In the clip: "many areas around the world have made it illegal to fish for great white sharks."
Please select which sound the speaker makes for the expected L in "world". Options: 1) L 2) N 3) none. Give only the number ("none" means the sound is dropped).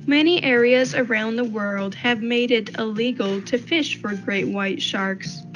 1